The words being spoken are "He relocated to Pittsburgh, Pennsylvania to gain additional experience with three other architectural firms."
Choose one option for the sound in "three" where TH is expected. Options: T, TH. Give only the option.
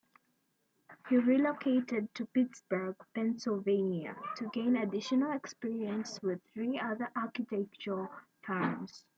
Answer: TH